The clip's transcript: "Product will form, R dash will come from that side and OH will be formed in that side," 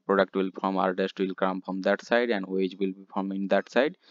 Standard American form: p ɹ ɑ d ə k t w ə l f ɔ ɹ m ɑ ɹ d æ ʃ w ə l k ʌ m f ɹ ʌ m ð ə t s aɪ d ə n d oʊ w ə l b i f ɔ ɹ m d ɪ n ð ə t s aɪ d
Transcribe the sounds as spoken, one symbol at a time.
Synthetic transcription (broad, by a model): p ɹ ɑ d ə k t w ə l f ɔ ɹ m ɑ ɹ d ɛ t w ə l k ʌ m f ɹ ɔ m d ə t s aɪ d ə n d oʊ w ə l b i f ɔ ɹ m ɪ n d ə t s aɪ d